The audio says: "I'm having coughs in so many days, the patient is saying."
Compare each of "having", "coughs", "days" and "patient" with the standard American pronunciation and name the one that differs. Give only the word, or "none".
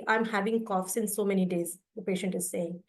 none